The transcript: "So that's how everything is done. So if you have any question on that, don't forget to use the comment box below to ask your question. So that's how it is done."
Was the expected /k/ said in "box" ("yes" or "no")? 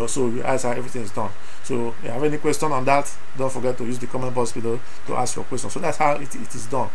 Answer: no